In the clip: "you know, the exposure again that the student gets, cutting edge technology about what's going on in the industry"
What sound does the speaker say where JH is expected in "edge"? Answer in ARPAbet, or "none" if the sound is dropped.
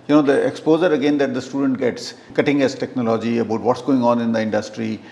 Z